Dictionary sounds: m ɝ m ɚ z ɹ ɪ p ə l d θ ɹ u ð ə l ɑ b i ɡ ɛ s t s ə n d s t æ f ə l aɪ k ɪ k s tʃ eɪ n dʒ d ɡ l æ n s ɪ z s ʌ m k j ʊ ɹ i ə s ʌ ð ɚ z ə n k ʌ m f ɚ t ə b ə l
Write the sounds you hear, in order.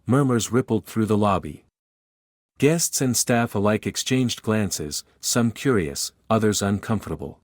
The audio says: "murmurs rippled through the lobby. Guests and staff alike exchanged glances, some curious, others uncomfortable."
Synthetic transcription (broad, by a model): m ɝ m ɚ z ɹ ɪ p l d θ ɹ u ð ə l ɑ b i ɡ ɛ s t s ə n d s t æ f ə l aɪ k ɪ k s tʃ eɪ n dʒ ɡ l æ n s ɪ z s ʌ m k j ʊ ɹ i ə s ʌ ð ɚ z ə n k ʌ m f ɚ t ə b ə l